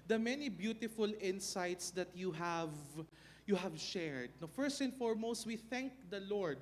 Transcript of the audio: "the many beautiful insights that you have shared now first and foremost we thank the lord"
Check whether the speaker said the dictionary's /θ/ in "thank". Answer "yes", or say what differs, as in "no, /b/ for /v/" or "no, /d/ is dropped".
yes